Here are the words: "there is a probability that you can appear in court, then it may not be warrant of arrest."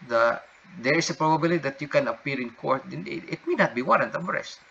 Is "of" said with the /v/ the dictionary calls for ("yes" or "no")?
no